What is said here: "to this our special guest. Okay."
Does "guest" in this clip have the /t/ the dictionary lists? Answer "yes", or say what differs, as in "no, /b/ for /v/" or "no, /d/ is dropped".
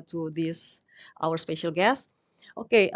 yes